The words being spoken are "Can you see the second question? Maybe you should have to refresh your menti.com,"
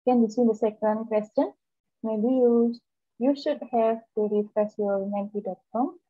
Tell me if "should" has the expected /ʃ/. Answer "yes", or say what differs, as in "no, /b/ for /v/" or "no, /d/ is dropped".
yes